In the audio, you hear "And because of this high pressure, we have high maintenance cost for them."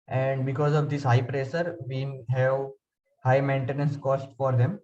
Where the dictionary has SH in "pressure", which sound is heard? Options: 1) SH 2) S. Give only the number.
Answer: 2